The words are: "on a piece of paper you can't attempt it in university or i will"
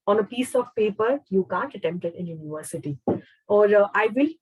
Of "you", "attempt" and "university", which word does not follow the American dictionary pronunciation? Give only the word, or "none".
none